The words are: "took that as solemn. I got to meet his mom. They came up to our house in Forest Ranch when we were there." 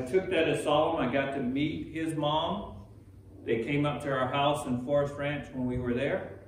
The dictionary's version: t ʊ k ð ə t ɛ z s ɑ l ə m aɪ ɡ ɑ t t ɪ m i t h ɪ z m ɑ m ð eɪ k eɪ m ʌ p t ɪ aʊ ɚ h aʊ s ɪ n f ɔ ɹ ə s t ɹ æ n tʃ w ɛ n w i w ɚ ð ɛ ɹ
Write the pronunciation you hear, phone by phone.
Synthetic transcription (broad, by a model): t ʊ k ð ə t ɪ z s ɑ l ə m aɪ ɡ ɑ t t ɪ m i t h ɪ z m ɑ m ð eɪ k eɪ m ʌ p t ɪ aʊ ɚ h aʊ s ɪ n f ɔ ɹ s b ɹ æ n tʃ w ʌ n w i w ɚ ð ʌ ɹ